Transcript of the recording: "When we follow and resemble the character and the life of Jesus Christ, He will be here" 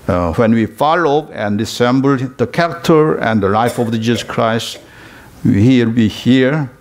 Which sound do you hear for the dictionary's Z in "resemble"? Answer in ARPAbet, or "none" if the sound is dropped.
S